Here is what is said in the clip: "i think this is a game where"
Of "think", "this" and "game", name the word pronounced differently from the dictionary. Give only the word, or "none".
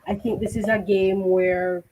none